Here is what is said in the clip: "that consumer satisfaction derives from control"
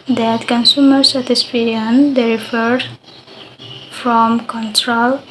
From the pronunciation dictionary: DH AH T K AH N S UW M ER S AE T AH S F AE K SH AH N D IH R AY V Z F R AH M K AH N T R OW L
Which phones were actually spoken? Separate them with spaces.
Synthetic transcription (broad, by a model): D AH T K AH N S UW M ER S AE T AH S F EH SH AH N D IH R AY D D F R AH M K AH N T R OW L